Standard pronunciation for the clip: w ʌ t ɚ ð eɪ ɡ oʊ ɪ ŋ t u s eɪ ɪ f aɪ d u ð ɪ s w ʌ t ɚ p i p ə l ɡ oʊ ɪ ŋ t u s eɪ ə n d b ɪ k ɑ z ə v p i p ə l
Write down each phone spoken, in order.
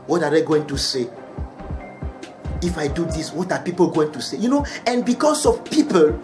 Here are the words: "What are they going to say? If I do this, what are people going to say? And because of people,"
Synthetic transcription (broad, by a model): w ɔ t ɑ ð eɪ ɡ oʊ ɪ ŋ t u s eɪ ɪ f aɪ d u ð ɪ s w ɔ t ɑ p i p ə l ɡ oʊ ɪ ŋ t u s eɪ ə n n b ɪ k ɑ s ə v p i p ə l